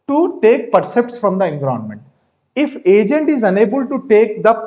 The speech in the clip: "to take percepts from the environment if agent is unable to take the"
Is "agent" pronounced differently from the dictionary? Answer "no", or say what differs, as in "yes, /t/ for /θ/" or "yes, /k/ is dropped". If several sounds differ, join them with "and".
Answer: no